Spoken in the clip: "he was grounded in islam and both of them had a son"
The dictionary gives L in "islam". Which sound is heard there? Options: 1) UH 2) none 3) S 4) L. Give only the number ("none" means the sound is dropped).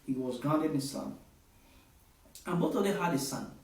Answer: 2